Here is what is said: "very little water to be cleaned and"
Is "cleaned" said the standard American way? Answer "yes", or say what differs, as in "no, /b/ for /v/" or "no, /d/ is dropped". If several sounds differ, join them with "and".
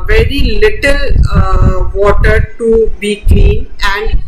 no, /d/ is dropped